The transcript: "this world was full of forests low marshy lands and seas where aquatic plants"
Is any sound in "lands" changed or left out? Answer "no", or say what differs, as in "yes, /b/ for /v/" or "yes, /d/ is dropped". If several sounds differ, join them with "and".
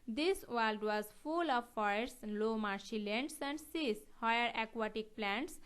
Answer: yes, /s/ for /z/